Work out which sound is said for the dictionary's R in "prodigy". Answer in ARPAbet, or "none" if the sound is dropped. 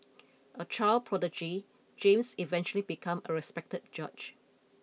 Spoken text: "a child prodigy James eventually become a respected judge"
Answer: R